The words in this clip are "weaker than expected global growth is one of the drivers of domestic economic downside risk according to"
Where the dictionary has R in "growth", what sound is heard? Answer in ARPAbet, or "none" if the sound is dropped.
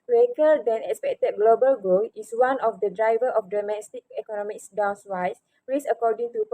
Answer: none